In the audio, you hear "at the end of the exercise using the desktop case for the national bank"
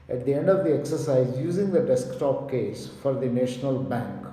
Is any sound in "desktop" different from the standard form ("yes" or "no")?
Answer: no